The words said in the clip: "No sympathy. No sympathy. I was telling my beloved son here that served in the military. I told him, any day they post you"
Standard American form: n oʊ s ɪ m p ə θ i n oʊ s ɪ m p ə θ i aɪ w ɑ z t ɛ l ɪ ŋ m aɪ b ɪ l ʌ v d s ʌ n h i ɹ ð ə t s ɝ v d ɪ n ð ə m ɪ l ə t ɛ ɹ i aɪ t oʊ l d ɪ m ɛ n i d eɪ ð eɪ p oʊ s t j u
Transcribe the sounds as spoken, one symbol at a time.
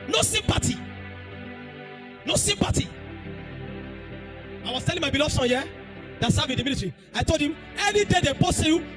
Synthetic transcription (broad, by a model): n oʊ s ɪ m p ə t i n oʊ s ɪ m p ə t i aɪ w ɑ s t ɛ l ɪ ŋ m aɪ b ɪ l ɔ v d s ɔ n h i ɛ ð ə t s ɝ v ɪ n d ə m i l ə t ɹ i aɪ t oʊ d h ɪ m ɛ n i d eɪ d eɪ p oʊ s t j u